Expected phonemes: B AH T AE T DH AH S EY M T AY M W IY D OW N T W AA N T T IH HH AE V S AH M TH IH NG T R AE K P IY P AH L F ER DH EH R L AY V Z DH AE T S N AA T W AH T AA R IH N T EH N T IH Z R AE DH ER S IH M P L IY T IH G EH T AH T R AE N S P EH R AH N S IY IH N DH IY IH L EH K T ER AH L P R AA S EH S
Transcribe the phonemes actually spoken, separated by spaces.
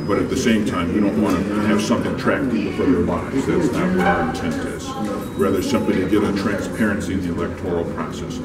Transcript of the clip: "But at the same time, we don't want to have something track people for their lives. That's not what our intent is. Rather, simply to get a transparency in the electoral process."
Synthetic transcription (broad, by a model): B AH T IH T DH AH S EY M T AY M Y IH D OW N T W AA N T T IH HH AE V S AH M TH IH NG T R AE K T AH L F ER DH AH R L AY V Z DH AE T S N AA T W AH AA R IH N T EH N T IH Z R AE DH ER S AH M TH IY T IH G EH T AH T R AE N S P EH R AH N S IY IH N DH IY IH L EH K T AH L P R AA S EH S